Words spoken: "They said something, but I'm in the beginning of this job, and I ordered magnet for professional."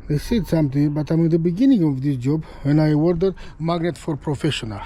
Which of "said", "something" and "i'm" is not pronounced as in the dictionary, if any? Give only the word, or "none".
something